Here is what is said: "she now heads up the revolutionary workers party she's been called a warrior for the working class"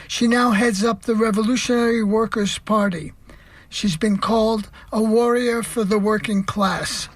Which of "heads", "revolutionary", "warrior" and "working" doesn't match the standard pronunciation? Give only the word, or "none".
none